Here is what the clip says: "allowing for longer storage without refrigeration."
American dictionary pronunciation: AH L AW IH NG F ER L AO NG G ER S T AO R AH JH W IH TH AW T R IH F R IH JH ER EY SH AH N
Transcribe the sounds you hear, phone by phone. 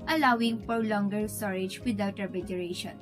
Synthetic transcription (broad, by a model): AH L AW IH NG P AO L AO NG G ER S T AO R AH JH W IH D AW T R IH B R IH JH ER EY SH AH N